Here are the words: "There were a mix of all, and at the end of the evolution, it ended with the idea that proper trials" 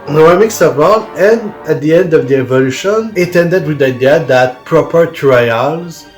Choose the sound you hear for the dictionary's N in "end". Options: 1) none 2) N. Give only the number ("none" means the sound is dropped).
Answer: 2